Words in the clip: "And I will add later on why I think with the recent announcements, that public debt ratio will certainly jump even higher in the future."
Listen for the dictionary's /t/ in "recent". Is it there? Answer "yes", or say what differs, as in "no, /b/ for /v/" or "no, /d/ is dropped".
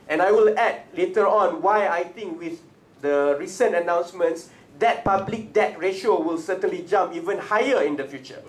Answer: yes